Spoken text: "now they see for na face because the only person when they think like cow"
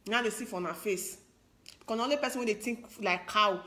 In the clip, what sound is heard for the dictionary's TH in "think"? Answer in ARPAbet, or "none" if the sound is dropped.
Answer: T